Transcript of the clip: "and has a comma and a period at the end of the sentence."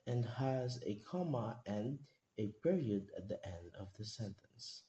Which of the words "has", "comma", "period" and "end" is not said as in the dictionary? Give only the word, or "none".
none